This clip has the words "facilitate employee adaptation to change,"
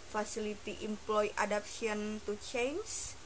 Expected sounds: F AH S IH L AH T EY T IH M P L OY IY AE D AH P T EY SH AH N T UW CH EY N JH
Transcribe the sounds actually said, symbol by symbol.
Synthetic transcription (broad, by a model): F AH S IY L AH T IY T IH M P L OY IY D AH P S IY AH N T UW CH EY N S